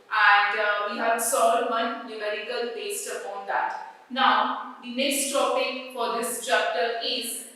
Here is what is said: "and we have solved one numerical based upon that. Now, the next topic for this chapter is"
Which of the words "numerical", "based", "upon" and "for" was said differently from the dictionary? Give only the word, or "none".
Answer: none